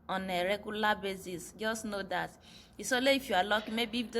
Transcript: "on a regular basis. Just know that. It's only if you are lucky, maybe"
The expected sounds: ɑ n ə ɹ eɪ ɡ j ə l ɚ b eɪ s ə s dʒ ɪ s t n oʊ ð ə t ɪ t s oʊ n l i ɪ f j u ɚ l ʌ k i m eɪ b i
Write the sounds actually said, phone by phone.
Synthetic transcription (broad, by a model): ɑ n ə ɹ eɪ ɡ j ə l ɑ b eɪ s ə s dʒ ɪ s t n oʊ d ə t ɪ s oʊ l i ɪ f j u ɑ l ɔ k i m eɪ b i